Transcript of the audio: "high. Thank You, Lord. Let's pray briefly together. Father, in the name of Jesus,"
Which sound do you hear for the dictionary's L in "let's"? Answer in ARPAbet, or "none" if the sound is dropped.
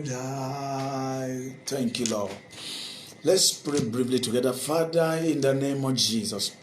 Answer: L